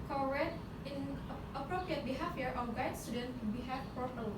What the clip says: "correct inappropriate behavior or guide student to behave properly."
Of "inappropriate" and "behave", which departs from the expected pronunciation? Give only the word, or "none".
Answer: behave